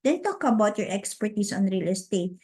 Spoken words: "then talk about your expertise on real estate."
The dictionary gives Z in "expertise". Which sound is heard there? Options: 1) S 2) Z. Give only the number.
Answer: 1